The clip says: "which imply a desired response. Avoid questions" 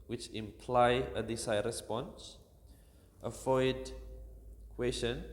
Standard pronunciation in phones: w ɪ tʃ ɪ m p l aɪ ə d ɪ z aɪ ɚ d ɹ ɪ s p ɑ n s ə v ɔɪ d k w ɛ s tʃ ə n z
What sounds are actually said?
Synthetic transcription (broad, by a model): w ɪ tʃ ɪ m p l aɪ ə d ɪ s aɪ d ɹ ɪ s p ɑ n s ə f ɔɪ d k w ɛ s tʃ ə n